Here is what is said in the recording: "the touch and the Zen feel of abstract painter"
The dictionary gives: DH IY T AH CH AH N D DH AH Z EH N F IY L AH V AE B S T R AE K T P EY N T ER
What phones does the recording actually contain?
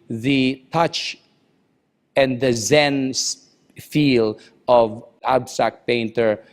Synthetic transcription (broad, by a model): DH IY T AH CH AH N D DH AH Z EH N F IY L AH V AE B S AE K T P EY N T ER